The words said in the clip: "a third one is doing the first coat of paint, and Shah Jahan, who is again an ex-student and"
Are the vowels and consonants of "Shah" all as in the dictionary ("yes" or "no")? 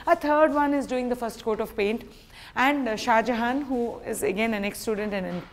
yes